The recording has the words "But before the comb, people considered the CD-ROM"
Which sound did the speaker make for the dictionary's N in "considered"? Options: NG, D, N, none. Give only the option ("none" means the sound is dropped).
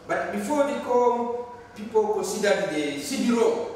none